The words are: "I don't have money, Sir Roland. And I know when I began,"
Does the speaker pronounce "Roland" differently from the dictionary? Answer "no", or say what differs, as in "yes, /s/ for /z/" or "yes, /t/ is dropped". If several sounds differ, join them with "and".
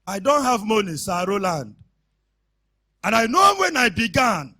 no